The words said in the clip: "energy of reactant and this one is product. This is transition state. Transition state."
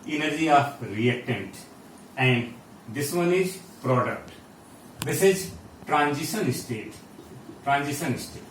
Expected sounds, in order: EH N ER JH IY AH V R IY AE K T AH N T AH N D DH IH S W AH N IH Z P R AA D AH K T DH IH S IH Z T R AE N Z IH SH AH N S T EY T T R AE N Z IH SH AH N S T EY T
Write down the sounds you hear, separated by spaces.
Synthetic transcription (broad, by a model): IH N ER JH IY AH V R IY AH T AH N T AH N D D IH S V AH N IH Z P R AA D AH K T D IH S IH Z T R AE N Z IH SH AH N S T EY T T R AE N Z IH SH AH N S T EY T